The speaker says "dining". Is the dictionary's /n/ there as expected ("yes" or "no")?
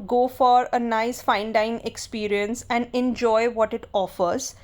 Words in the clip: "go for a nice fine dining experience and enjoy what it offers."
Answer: no